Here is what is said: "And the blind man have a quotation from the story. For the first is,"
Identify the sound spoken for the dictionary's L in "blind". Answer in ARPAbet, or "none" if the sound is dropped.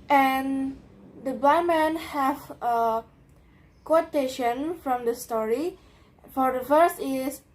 none